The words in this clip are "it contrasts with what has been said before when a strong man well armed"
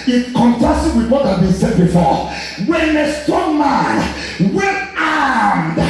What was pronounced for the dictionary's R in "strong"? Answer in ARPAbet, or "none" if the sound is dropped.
none